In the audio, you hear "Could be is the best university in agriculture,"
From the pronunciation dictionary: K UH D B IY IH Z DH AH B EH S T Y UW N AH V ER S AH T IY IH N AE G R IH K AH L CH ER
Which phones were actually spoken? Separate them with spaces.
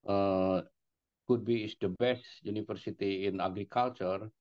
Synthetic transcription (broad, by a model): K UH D B IY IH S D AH B EH S T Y UW N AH F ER S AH T IY IH N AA G R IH K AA L CH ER